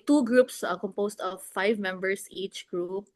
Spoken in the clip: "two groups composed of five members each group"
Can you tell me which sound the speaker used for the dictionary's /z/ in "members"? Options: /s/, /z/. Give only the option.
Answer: /s/